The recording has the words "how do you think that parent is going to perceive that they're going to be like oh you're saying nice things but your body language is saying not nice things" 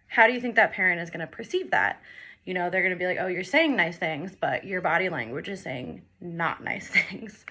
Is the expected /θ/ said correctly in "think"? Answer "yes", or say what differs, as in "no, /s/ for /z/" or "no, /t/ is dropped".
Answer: yes